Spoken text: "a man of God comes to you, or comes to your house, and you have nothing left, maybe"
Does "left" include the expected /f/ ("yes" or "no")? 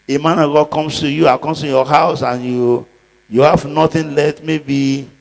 no